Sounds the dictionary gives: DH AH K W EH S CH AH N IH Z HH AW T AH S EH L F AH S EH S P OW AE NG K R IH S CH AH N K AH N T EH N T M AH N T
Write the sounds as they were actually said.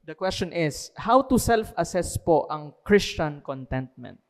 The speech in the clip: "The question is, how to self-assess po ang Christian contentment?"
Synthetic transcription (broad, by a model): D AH K W EH S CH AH N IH S HH AW T AH S EH L F AH S EH S P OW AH NG K R IH S CH AH N K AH N T EH N T M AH N T